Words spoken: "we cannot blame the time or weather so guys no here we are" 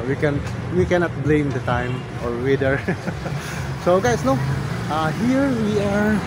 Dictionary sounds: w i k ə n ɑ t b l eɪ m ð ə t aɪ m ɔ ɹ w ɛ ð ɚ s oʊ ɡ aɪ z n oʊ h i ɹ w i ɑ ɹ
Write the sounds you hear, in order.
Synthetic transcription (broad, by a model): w i k ə n ɑ t b l eɪ m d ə t aɪ m ɔ ɹ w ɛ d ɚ s oʊ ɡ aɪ s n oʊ h i ɹ w i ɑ ɹ